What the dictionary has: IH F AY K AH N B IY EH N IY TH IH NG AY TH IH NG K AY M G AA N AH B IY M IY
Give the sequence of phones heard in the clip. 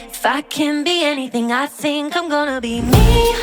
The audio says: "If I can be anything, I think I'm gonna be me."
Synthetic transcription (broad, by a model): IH F AY K AH N B IY EH N IY TH IH NG AY TH IH NG K AY M G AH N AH B IY M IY